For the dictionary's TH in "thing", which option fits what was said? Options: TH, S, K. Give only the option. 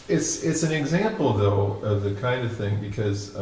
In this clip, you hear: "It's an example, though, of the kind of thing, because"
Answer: TH